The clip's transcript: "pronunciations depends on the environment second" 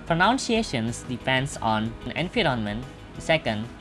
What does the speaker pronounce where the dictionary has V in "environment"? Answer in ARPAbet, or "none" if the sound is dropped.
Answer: F